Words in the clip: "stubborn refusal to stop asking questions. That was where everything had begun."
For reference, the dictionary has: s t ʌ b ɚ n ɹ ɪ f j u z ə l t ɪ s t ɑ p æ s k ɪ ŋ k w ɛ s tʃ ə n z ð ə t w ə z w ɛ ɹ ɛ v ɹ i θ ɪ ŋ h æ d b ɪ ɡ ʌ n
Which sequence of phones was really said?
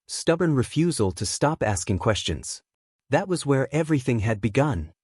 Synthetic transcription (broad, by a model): s t ʌ b ɚ n ɹ ɪ f j u z ə l t ɪ s t ɑ p æ s k ɪ ŋ k w ɛ s tʃ ə n z ð ə t w ə z w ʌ ɹ ɛ v ɹ i θ ɪ ŋ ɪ d b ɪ ɡ ʌ n